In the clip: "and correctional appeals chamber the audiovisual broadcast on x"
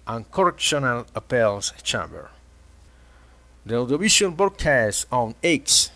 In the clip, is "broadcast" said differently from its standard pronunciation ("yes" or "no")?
yes